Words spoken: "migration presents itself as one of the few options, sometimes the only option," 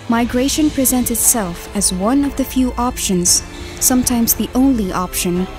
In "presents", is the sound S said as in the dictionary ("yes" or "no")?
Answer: no